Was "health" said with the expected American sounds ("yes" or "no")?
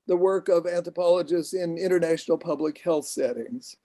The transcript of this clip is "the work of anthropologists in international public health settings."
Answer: yes